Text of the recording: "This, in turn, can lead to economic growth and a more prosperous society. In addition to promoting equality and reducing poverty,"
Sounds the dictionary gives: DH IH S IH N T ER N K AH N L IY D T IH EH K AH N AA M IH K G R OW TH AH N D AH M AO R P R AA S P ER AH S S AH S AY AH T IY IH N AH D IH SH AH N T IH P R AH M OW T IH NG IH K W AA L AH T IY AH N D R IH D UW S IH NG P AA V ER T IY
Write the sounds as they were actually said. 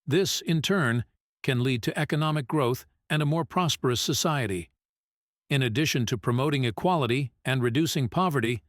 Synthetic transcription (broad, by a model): DH IH S IH N T ER N K AH N L IY D T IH EH K AH N AA M IH K G R OW TH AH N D AH M AO R P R AA S P ER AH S S AH S AY AH T IY IH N AH D IH SH AH N T IH P R AH M OW T IH NG IH K W AA L AH T IY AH N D R IH D UW S IH NG P AA V ER T IY